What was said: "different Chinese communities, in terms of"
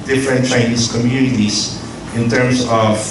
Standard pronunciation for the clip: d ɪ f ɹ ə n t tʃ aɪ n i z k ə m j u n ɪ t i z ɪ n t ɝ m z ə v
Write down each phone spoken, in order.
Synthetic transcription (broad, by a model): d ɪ f ɹ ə n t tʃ aɪ n i s k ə m j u n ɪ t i s ɪ n t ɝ m s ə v